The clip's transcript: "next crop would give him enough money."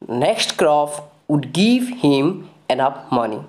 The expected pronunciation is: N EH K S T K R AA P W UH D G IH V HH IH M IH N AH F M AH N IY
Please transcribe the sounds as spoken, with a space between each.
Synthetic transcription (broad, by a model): N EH K S T K R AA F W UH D G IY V HH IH M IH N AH P M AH N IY